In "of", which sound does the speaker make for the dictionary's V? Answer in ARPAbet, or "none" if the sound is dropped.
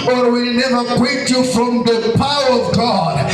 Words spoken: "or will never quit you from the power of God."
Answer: V